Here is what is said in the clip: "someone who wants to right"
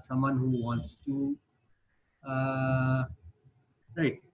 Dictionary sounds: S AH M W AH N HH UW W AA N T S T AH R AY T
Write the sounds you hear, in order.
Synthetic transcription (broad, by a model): S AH M W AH N HH UW W AA N T S T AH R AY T